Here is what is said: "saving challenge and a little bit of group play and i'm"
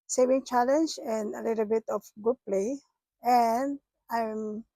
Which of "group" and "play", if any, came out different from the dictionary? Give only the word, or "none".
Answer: group